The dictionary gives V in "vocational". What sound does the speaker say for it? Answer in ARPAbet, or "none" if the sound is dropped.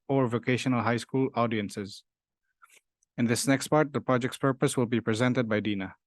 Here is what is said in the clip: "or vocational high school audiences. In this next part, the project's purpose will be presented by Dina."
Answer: V